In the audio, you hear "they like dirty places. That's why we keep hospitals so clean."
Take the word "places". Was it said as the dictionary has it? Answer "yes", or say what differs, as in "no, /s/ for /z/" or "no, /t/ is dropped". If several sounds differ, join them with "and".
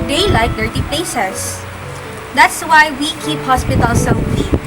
no, /s/ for /z/